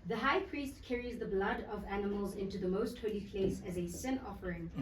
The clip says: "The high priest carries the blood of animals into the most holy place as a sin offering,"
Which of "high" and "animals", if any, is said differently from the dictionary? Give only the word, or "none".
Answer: none